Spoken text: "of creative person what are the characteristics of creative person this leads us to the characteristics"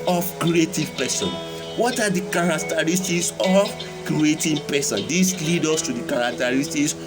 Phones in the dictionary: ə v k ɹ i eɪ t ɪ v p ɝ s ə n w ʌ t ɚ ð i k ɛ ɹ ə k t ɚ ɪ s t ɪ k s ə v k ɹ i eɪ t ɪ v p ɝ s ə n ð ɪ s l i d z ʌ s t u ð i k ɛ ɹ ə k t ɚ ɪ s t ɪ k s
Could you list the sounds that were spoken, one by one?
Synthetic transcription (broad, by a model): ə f k ɹ i eɪ t ɪ v p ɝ s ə n w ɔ t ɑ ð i k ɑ ɹ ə k t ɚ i s t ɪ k s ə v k ɹ i eɪ t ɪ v p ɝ s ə n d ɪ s l i d ɔ s t u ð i k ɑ ɹ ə k t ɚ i s t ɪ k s